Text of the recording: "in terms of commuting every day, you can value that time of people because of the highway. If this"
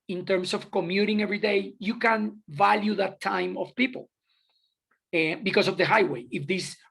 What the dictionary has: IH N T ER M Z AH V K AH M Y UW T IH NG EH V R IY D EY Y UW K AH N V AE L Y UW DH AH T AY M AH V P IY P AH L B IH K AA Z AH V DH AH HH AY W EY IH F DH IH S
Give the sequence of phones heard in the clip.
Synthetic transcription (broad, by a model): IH N T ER M S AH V K AH M Y UW T IH NG EH V R IY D EY Y UW K AH N V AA L Y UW DH AH T AY M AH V P IY P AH L B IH K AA S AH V DH AH HH AY W EY IH F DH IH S